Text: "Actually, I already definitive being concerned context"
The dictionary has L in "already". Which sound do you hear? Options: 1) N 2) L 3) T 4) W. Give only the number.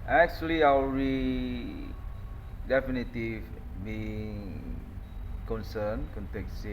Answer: 4